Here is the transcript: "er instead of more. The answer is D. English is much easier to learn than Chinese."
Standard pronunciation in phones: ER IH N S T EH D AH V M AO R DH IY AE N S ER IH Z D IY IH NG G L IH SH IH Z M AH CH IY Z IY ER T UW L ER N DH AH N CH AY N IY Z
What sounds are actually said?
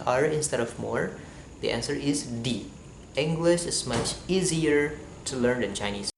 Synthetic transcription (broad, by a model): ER IH N S T EH D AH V M AO R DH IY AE N S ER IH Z D IY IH NG G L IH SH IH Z M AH CH IY Z IY ER T UW L ER N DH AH N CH AY N IY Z